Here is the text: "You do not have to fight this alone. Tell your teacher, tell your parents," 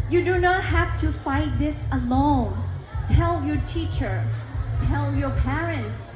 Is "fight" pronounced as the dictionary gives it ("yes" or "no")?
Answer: yes